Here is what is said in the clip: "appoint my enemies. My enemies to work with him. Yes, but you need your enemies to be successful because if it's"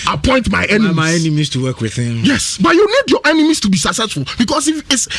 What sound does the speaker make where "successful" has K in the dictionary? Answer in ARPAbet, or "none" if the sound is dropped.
none